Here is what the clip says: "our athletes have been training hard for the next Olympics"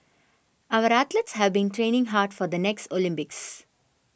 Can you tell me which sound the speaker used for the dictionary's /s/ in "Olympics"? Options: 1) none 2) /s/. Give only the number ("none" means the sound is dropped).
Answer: 2